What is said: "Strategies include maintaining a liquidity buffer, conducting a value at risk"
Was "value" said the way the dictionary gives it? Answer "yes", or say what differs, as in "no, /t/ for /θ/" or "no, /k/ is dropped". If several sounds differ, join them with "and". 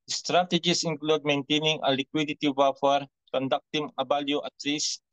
no, /b/ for /v/